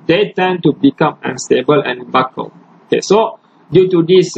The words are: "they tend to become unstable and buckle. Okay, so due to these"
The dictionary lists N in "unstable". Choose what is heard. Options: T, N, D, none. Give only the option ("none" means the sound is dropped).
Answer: N